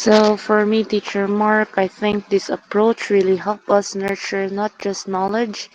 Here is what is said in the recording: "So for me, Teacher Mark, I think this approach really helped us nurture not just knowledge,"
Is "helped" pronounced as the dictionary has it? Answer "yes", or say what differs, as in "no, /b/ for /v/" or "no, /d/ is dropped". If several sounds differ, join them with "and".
no, /t/ is dropped